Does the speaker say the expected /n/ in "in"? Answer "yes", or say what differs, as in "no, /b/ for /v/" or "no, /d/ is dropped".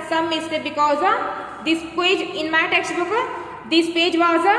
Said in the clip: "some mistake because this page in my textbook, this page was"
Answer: yes